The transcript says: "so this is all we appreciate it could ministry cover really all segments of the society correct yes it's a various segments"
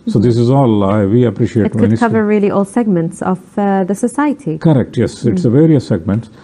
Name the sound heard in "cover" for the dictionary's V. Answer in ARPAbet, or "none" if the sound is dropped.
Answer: V